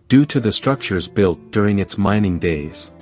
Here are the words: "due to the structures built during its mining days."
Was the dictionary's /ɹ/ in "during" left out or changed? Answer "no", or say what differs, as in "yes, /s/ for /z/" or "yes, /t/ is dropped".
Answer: no